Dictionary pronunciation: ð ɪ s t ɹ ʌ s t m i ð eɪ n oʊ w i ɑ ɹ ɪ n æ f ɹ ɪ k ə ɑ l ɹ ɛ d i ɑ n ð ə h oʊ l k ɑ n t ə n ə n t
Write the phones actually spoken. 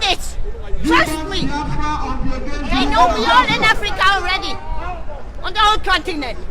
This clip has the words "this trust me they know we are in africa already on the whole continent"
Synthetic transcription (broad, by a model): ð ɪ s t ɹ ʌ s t m i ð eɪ n oʊ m i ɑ l ɪ n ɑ f ɹ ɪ k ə ɑ l ɹ ɛ d i ɑ n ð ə h oʊ l k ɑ n t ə n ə n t